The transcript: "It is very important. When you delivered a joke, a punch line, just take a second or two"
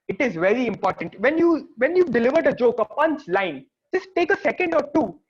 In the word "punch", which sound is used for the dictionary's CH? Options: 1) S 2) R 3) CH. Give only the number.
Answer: 1